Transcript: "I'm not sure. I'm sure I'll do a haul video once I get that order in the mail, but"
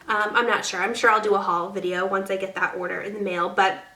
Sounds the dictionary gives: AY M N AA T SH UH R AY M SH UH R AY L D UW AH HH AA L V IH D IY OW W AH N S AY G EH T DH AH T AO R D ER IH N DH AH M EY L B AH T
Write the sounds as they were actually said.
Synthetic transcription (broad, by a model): AY M N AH T SH UH R AY M SH UH R AY L D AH AH HH AA L V IH D IY OW W AH N S AY G EH T DH AH T AO R D ER IH N DH AH M EY L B AH T